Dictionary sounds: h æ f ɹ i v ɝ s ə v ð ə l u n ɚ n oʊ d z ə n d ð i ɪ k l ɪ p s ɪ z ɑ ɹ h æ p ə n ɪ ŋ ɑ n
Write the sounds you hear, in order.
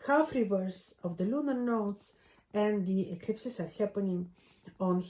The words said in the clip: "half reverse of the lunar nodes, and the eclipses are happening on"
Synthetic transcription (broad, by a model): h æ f ɹ i v ɝ s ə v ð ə l u n ɚ n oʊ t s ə n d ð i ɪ k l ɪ p s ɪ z ɑ ɹ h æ p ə n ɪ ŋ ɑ n